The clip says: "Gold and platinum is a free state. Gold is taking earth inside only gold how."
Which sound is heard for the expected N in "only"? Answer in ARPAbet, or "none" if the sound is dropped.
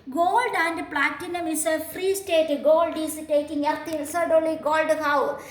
none